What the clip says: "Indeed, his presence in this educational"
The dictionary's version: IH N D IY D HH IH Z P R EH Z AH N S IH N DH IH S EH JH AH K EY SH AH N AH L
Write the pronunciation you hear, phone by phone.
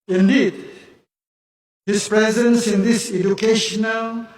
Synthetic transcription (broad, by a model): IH N D IY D HH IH S P R EH Z AH N S IH N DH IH S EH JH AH K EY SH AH N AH L